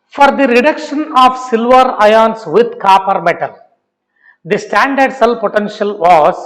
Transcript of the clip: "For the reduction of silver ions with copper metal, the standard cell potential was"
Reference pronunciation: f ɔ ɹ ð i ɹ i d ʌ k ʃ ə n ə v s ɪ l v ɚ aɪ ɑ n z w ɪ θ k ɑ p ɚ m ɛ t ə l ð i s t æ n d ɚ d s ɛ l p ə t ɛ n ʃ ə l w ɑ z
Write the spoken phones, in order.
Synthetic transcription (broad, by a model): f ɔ ɹ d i ɹ i d ʌ k ʃ ə n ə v s ɪ l v ɚ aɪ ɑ n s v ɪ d k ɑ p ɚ m ɛ t ə l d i s t æ n d ɚ d s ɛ l p ə t ɛ n ʃ ə l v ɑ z